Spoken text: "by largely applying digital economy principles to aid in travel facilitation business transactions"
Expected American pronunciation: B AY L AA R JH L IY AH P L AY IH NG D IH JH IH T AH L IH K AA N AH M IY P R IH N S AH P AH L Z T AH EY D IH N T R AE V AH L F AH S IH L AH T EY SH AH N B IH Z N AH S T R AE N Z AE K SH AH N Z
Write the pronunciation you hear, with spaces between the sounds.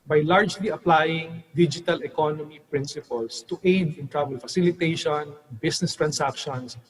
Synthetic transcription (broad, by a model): B AY L AA R JH L IY AH P L AY IH NG D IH JH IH T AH L IH K AA N AH M IY P R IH N S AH P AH L S T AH EY D IH N T R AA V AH L F AH S IH L AH T EY SH AH N B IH S N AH S T R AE N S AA K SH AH N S